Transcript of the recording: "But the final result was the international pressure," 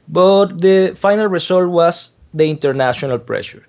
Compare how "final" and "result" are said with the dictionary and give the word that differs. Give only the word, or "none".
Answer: result